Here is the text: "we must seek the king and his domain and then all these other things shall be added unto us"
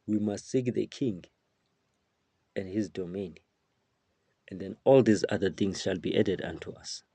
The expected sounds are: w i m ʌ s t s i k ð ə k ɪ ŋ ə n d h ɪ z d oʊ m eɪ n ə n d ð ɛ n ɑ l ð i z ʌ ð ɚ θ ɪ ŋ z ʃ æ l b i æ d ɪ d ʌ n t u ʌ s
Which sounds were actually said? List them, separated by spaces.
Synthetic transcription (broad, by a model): w i m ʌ s t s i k ð ə k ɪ ŋ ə n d h ɪ z d oʊ m eɪ n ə n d ð ɛ n ɑ l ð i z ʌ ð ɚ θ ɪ ŋ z ʃ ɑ l b i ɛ d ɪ d ʌ n t u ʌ s